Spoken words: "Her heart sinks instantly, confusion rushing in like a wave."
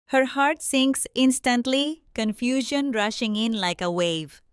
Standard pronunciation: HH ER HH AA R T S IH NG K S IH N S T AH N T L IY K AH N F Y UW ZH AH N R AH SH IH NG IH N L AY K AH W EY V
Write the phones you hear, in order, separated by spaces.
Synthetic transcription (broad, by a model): HH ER HH AA R T S IH NG K S IH N S T AH N T L IY K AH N F Y UW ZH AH N R AH SH IH NG IH N L AY K AH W EY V